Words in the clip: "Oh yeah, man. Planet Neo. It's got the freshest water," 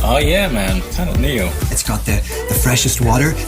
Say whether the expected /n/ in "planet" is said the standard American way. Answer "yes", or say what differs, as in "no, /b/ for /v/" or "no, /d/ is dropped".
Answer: no, /n/ is dropped